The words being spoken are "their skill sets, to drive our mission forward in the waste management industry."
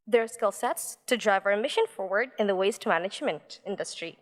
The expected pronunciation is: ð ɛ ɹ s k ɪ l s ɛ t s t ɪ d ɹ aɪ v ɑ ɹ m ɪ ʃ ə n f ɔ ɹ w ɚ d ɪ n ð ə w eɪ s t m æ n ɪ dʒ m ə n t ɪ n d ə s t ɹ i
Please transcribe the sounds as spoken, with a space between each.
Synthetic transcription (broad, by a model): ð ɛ ɹ s k ɪ l s ɛ t s t ɪ d ɹ aɪ v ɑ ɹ m ɪ ʃ ə n f ɔ ɹ w ɚ d ɪ n ð ə w eɪ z t m æ n ɪ dʒ m ə n t ɪ n d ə s t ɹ i